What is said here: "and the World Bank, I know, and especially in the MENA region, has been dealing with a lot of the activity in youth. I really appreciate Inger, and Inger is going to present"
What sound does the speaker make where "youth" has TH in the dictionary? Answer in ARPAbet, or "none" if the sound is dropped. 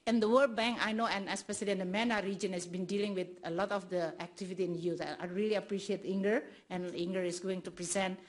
S